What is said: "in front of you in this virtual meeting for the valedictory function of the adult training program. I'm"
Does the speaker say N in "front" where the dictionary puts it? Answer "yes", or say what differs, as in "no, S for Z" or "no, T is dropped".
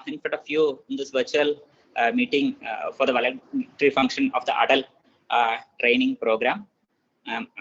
no, N is dropped